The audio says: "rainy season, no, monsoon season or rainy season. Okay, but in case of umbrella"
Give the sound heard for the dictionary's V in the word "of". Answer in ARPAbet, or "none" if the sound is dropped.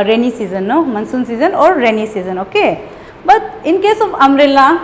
P